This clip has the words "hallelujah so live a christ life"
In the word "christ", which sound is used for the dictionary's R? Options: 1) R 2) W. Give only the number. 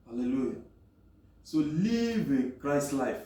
1